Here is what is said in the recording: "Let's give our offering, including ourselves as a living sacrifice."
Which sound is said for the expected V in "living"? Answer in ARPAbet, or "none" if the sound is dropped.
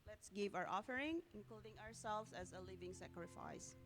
V